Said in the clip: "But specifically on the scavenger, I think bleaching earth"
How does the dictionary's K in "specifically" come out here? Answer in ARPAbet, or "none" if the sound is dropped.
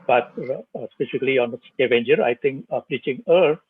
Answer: none